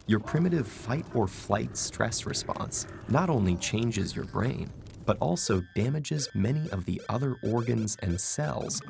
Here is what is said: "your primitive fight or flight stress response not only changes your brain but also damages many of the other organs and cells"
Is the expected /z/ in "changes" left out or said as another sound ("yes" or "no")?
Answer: no